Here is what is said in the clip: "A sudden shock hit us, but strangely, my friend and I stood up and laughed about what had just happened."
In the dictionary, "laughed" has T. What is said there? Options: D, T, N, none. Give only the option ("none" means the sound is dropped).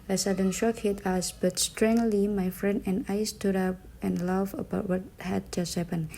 none